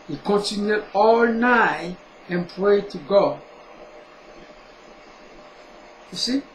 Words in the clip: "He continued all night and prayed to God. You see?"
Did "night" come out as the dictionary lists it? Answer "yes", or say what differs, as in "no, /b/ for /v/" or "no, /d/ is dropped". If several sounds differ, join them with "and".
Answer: no, /t/ is dropped